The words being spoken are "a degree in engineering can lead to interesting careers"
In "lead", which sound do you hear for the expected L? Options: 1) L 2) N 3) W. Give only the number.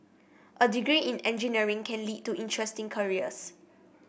1